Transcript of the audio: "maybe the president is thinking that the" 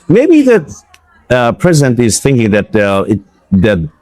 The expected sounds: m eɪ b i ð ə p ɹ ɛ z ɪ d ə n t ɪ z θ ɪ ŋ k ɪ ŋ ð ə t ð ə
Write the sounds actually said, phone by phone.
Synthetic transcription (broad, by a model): m eɪ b i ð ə p ɹ ɛ z ɪ d ə n t ɪ z θ ɪ ŋ k ɪ ŋ ð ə t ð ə